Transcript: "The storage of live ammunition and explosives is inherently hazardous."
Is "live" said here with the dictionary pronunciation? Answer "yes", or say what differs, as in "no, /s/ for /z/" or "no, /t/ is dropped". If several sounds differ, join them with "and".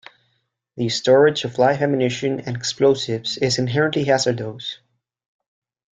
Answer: no, /f/ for /v/